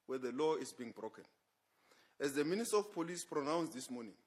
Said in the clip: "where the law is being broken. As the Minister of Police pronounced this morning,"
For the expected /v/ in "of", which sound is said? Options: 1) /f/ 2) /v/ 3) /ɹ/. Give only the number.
1